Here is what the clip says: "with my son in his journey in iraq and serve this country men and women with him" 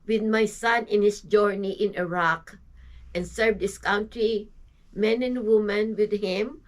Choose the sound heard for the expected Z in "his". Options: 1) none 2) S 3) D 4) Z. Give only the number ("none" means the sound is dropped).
2